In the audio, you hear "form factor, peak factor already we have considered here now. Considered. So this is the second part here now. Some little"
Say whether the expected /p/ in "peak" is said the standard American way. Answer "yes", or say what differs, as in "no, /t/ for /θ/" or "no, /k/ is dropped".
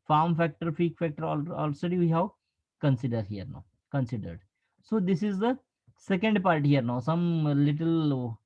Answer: no, /f/ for /p/